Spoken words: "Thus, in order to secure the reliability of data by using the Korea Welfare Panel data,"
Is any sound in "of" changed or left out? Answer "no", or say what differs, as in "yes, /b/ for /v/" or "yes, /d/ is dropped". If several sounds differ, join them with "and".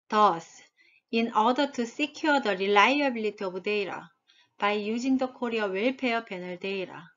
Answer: yes, /b/ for /v/